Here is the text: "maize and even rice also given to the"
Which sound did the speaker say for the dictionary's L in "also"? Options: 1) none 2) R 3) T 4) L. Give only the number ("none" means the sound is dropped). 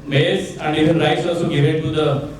1